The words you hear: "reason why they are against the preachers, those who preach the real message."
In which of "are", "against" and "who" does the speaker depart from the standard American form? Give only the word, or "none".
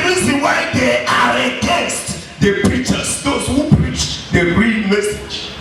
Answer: against